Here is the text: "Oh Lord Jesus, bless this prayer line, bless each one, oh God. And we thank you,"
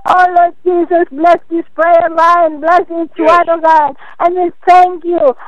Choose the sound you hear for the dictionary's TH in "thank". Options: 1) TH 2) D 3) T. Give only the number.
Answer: 3